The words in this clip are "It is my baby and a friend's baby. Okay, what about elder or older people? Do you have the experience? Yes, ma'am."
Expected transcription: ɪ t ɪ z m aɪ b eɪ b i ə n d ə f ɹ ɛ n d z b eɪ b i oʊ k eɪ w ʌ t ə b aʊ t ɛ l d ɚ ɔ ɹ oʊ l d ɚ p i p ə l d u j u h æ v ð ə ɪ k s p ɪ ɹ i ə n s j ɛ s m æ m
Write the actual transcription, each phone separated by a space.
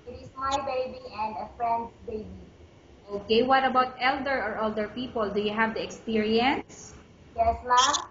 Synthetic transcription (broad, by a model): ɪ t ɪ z m aɪ b eɪ b i ə n d ə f ɹ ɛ n d s b eɪ b i oʊ k eɪ w ʌ t ə b aʊ t ɛ l d ɚ ɔ ɹ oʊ l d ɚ p i p ə l d u j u h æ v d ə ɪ k s p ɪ ɹ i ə n s j ɛ s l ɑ